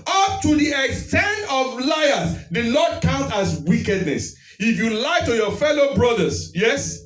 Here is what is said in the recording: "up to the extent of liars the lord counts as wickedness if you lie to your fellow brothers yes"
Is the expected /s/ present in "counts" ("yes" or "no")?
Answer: no